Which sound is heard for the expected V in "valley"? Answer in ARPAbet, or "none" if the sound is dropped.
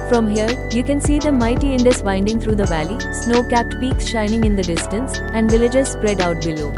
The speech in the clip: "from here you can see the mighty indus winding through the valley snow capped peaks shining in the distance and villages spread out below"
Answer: V